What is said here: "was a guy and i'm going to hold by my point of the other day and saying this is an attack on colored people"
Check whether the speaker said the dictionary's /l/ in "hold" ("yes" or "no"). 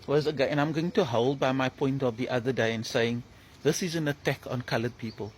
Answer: yes